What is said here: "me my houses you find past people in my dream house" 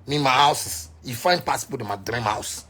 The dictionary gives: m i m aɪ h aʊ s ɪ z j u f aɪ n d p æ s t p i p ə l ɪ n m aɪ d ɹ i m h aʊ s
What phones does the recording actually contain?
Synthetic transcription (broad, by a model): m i m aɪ h aʊ s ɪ s j u f aɪ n p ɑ t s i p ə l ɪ m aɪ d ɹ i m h aʊ s